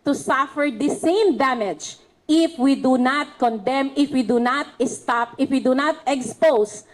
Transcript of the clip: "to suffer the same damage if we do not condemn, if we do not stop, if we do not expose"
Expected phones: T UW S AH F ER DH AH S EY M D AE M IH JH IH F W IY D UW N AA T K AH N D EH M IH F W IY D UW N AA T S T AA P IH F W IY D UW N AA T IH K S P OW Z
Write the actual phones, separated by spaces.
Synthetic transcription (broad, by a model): T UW S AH F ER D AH S EY M D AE M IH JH IH F W IY D UW N AA T K AH N D EH M IH F W IY D UW N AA T S T AA P IH F W IY D UW N AA T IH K S P OW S